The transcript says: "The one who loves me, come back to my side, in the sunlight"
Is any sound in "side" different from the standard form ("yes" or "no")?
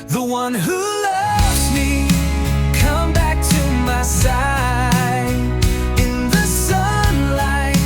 yes